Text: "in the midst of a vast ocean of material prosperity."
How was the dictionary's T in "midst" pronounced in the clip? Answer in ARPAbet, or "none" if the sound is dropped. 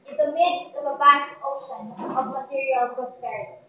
T